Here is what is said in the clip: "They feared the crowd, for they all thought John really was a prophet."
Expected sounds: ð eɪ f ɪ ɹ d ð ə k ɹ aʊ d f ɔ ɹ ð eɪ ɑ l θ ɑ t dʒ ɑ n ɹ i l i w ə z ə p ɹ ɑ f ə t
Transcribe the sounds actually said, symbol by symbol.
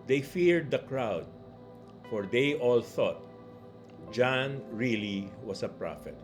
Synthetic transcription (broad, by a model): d eɪ f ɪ ɹ d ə k ɹ aʊ d f ɔ ɹ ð eɪ ɑ l θ ɑ t dʒ ɑ n ɹ i l i w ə s ə p ɹ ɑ f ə t